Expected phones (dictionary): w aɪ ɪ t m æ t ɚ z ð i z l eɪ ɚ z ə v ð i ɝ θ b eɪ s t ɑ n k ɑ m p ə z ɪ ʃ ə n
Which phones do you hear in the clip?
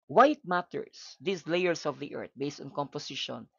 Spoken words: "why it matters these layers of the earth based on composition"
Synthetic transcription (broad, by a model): w aɪ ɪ t m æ t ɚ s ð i s l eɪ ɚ s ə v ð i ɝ t b eɪ s t ɑ n k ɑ m p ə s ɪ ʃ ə n